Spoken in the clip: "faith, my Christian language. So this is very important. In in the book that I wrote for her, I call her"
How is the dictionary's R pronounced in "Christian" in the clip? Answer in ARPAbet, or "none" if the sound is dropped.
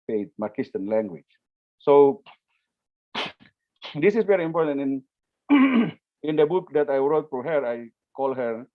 none